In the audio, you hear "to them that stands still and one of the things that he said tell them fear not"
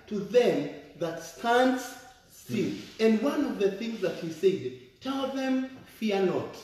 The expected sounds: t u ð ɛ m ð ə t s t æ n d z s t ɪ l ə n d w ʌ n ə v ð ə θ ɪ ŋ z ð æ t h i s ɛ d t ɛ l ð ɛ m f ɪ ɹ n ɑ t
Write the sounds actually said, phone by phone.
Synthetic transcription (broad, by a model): t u ð ɛ m ð ə t s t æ n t s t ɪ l ə n d w ʌ n ə v ð ə θ ɪ ŋ z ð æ t h i s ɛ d t ɛ l ð ɛ m f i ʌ n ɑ t